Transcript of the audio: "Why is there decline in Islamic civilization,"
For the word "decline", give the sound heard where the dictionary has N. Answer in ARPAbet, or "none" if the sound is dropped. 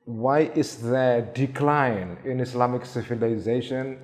N